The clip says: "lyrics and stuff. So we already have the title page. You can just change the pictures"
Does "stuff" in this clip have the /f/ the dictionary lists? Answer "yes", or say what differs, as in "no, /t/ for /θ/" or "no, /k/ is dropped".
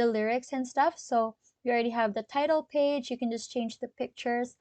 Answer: yes